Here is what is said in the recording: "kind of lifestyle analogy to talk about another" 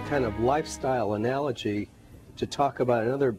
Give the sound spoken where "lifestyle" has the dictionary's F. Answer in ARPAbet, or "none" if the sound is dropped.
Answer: F